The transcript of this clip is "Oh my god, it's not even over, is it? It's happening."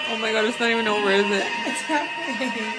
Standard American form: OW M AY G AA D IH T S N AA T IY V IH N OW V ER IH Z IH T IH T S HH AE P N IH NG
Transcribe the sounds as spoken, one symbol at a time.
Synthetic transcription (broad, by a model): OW M AY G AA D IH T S N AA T IY V IH N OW W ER IH Z IH T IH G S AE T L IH